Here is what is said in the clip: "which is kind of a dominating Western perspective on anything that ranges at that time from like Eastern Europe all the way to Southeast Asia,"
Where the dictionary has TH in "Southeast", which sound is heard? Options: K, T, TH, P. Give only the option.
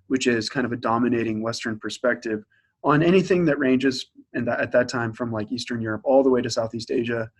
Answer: TH